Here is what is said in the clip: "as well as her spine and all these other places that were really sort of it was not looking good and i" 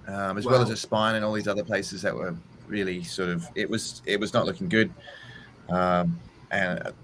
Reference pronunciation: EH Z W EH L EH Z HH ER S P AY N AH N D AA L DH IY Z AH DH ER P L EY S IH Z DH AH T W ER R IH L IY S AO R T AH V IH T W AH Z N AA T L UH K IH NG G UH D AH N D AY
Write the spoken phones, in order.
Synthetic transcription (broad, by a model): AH Z W EH L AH Z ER S P AY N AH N AA L DH IY Z AH DH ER P L EY S IH Z DH AH T W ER R IH L IY S AO R T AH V IH T W AH Z N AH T L UH K IH NG G UH D AH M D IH